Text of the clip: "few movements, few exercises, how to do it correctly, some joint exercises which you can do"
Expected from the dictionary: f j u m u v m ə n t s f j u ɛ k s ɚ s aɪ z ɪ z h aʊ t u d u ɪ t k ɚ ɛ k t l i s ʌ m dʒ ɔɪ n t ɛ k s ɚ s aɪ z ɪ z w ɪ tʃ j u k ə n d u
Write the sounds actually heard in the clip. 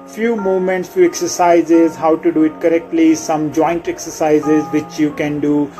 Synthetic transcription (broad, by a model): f j u m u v m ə n t s f j u ɛ k s ɚ s aɪ z ɪ z h aʊ t u d u ɪ t k ɚ ɛ k t l i s ʌ m dʒ ɔɪ n t ɛ k s ɚ s aɪ z ɪ z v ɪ tʃ j u k ə n d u